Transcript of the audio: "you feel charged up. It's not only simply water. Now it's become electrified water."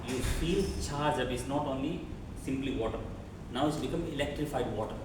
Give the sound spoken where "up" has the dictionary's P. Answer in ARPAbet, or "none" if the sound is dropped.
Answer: B